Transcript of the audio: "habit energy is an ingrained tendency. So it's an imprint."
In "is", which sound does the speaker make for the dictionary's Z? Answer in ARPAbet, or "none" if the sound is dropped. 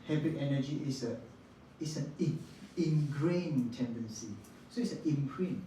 S